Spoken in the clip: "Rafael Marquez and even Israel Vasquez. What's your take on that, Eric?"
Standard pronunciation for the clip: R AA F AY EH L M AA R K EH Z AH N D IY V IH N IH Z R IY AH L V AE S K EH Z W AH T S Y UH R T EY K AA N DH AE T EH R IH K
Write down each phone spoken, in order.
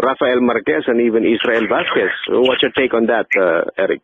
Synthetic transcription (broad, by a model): R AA F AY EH L M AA R K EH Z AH N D IY V IH N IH S R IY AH L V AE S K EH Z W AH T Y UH T EY K AA N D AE T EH R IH K